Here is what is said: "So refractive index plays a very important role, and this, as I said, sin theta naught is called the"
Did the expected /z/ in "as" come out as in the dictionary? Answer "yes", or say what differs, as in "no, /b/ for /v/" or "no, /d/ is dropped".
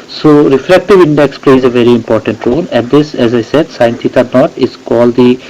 yes